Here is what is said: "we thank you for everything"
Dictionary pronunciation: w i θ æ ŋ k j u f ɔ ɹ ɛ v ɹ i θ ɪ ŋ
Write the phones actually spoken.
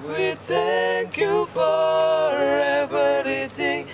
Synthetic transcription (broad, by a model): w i t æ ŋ k j u f ɔ ɹ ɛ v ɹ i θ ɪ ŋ